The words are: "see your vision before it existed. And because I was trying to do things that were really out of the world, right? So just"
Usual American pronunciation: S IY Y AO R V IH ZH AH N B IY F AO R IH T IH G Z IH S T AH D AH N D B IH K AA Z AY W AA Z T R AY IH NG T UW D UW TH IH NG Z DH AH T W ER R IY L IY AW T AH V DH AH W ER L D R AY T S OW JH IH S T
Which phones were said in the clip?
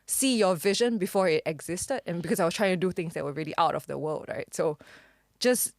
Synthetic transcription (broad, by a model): S IY Y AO V IH ZH AH N B IY F AO R IH T IH G Z IH S T AH D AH N B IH K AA S AY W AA S T R AY IH NG T UW D UW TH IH NG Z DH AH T W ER R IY L IY AW T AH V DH AH W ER L D R AY T S OW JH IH S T